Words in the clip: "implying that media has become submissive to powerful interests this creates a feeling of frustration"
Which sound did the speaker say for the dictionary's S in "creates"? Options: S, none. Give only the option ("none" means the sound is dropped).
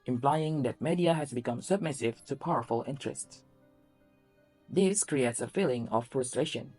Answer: S